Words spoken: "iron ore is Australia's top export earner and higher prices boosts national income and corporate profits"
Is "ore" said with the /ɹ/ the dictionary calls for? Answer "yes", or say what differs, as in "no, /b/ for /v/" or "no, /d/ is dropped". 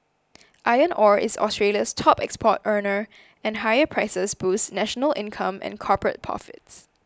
yes